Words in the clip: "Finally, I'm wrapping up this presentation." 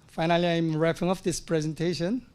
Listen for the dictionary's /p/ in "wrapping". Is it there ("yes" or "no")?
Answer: no